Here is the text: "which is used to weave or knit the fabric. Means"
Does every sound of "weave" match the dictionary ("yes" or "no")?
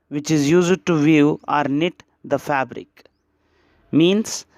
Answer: no